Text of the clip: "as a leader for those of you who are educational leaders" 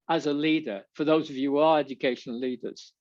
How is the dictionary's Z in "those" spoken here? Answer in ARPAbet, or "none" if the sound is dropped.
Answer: Z